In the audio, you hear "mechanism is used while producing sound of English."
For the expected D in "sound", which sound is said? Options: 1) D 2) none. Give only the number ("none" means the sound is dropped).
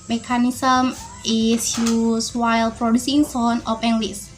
2